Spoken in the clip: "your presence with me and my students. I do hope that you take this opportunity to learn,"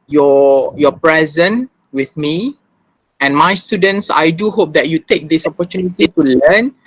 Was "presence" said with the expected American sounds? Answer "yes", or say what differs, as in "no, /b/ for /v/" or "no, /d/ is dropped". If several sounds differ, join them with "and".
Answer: no, /s/ is dropped